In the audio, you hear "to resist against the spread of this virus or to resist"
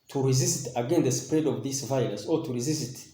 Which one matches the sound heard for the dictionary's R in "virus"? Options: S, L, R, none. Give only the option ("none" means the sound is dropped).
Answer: L